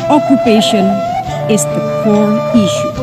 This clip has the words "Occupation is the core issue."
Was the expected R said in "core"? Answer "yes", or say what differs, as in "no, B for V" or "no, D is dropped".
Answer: no, L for R